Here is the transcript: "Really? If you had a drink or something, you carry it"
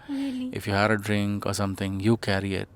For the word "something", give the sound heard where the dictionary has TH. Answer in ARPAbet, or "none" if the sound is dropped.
T